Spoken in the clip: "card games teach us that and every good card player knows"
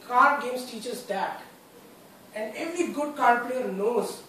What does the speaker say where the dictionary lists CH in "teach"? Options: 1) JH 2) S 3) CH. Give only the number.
3